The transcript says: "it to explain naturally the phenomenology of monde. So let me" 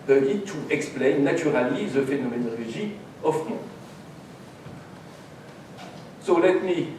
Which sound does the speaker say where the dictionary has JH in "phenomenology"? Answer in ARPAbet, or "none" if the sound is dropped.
ZH